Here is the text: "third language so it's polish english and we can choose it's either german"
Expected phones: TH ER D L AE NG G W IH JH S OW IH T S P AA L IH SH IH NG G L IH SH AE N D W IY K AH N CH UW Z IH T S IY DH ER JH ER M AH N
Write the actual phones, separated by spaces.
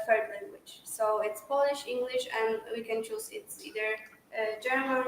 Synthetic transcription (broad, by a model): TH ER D L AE NG G W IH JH S OW IH T S P AA L IH SH IH NG G L IH SH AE N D W IY K AH N CH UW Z IH T S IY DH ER JH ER M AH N